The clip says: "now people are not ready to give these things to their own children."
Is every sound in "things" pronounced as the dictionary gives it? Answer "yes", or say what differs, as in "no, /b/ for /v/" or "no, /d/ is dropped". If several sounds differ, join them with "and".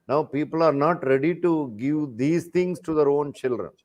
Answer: no, /t/ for /θ/ and /s/ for /z/